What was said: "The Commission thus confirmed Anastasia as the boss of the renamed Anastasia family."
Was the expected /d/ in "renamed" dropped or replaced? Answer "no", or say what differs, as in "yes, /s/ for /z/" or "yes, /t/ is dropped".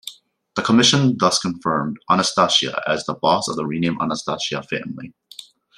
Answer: yes, /d/ is dropped